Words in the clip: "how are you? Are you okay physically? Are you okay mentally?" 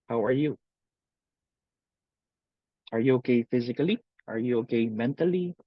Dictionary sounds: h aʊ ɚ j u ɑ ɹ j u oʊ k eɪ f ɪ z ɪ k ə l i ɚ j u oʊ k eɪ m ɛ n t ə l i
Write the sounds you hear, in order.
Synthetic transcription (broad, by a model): h aʊ ɚ j u ɑ ɹ j u oʊ k eɪ f ɪ z ɪ k ə l i ɚ j u oʊ k eɪ m ɛ n t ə l i